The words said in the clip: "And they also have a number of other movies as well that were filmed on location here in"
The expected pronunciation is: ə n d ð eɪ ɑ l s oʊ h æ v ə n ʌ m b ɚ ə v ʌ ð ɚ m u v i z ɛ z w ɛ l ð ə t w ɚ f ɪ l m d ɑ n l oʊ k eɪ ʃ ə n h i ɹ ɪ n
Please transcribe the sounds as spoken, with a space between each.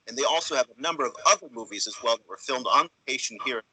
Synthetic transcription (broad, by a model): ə n ð eɪ ɑ l s oʊ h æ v ə n ʌ m b ɚ ə v ʌ ð ɚ m u v i z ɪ z w ɛ l ð ə t w ɚ f ɪ l m d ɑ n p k eɪ ʃ n h i ɹ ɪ